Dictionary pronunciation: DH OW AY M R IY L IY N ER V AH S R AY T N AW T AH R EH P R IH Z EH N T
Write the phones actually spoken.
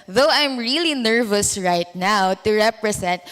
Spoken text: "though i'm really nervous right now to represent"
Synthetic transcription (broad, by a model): DH OW AY M R IY L IY N ER V AH S R AY T N AW T AH R EH P R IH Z EH N T